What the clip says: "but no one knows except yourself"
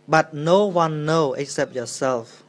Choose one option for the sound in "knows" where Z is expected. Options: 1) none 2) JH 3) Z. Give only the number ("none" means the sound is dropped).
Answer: 1